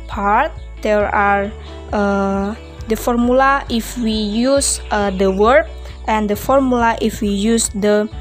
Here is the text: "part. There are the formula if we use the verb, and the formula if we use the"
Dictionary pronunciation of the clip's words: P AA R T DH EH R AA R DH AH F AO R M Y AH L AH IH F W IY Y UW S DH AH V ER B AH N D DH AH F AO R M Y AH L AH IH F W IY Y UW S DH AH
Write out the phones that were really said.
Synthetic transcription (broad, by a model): P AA R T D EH R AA R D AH F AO R M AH L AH IH F W IY Y UW S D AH W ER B AH N D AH F AO R M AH L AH IH F W IY Y UW S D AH